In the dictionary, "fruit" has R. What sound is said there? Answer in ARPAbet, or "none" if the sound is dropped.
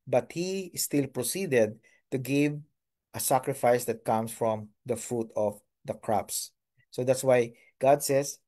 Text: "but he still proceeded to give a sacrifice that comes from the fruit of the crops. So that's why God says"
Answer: R